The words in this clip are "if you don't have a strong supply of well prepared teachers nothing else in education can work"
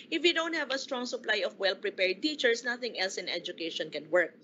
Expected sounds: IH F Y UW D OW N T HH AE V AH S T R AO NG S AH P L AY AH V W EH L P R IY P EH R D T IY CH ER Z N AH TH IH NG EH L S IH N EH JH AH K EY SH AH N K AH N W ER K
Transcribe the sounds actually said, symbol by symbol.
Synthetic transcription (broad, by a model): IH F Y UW D OW N T HH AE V AH S T R AO NG S AH P L AY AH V W EH L P R IY P EH R D T IY CH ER S N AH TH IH NG EH L S IH N EH JH AH K EY SH AH N K AH N W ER K